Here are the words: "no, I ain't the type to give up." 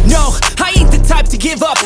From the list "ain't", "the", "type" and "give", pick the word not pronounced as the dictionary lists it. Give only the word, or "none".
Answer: ain't